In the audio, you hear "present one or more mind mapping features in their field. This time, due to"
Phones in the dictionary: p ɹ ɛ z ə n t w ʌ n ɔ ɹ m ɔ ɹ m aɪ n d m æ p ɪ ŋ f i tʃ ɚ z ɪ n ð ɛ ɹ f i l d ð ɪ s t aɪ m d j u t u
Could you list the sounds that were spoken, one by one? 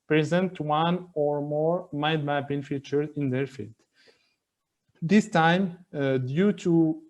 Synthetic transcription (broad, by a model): p ɹ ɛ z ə n t w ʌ n ɔ ɹ m ɔ ɹ m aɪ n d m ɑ b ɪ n f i tʃ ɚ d ɪ n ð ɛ ɹ f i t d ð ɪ s t aɪ m d j u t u